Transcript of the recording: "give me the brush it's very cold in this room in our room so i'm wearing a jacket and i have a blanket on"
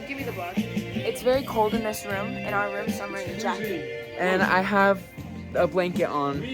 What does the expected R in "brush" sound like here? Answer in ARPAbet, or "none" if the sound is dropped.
none